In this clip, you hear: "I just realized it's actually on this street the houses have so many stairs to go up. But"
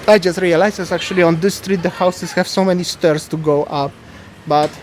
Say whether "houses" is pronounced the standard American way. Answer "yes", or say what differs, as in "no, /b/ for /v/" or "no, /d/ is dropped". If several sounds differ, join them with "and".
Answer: no, /s/ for /z/